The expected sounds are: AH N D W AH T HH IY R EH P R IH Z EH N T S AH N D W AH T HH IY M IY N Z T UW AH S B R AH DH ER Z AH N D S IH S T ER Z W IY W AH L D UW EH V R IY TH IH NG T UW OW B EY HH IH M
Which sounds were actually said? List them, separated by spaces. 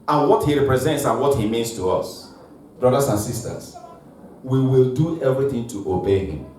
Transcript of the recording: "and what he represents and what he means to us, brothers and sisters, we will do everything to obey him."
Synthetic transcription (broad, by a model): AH N W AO T HH IY R EH P R IH Z EH N T S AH N W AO T HH IY M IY N S T UW AH S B R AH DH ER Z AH N S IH S T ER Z W IY W AH L D UW EH V R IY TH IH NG T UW OW B EY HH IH M